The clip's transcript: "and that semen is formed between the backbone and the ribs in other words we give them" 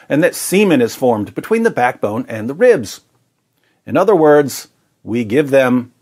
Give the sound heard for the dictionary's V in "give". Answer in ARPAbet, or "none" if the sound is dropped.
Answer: V